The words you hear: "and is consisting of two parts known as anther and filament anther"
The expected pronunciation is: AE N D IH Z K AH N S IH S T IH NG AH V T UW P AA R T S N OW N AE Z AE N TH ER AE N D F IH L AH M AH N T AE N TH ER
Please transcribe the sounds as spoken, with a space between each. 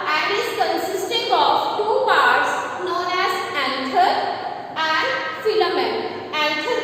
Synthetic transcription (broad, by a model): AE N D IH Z K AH N S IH S T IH NG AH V T UW P AA R T S N OW N AE Z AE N T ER AE N D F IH L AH M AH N AE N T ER